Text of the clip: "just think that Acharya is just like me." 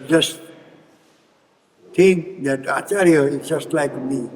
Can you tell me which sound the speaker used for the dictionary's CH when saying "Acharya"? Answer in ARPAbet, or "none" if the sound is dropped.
none